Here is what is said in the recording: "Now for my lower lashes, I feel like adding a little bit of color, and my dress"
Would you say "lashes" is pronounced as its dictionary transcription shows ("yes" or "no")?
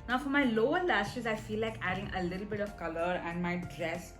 no